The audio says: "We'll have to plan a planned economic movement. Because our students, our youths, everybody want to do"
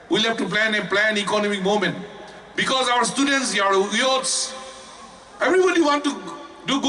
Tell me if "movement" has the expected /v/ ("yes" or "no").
no